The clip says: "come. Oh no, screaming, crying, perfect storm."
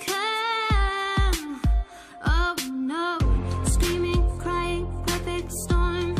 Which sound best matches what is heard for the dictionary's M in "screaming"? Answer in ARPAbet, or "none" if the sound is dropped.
M